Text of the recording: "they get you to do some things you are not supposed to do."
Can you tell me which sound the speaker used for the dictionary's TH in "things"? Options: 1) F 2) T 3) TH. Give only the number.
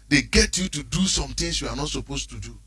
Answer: 2